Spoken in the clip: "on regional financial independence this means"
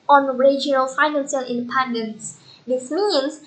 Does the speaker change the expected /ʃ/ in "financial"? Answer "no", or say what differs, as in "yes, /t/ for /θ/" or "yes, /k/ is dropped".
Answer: yes, /s/ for /ʃ/